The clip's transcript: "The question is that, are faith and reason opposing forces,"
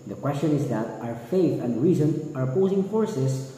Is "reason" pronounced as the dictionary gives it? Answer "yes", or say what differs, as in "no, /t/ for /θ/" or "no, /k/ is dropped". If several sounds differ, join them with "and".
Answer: yes